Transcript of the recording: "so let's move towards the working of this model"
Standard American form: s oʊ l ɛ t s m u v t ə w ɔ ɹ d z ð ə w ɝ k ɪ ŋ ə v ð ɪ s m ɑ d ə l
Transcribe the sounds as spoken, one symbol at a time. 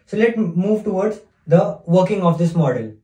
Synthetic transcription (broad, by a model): s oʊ l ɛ t m u v t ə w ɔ ɹ d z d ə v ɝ k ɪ ŋ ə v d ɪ s m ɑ d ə l